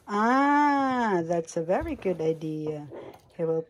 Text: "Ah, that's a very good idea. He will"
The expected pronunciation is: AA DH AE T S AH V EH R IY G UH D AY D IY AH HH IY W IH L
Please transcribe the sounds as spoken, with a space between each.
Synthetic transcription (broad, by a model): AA DH AE T S AH V EH R IY G UH D AY D IY AH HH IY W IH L